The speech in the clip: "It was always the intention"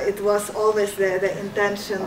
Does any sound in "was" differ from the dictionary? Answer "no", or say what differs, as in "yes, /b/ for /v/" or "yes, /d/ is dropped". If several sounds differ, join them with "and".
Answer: yes, /s/ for /z/